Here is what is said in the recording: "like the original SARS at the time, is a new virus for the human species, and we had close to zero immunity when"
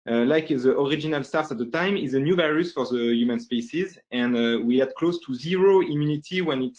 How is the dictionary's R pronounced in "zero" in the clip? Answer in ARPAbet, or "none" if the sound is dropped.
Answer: R